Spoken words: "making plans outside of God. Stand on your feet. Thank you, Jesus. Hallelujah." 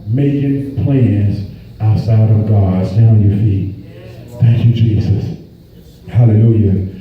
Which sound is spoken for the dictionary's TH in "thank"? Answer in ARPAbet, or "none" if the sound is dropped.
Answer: TH